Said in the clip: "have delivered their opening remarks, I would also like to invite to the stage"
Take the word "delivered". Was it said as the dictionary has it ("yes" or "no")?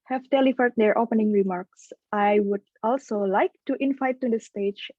no